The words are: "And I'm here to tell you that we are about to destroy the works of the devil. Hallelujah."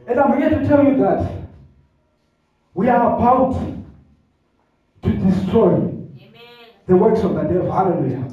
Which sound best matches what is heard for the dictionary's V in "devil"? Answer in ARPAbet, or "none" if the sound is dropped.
none